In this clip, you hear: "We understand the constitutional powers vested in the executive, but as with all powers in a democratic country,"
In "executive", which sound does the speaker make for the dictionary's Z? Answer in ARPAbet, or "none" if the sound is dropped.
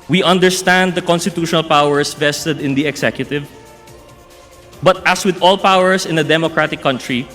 S